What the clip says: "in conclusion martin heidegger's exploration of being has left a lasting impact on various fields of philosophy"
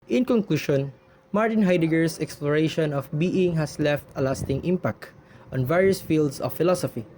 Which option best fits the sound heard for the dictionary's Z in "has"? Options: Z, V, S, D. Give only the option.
S